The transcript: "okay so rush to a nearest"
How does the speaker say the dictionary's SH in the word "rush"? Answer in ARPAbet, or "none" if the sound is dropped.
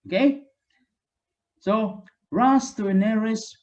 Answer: S